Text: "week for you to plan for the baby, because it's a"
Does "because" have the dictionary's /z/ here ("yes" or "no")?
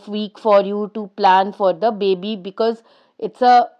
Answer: yes